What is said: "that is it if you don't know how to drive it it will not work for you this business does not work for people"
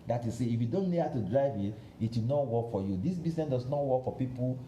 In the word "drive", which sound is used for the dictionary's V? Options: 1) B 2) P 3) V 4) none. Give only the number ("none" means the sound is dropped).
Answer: 3